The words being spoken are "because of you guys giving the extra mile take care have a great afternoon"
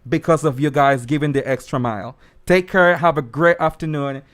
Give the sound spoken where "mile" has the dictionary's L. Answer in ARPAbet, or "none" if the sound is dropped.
L